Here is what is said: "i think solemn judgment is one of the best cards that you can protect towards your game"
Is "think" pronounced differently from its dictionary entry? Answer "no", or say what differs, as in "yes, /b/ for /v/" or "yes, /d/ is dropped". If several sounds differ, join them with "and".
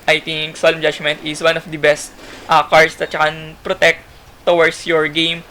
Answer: yes, /t/ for /θ/